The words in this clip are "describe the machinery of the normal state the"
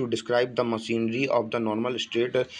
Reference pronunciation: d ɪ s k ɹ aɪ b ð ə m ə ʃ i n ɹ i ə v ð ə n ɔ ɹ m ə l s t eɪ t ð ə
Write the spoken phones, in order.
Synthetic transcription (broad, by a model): d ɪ s k ɹ aɪ b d ə m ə s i n ɹ i ə v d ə n ɔ ɹ m ə l s t eɪ t